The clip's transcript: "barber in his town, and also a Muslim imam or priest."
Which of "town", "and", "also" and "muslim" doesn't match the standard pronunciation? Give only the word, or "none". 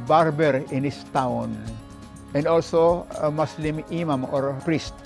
muslim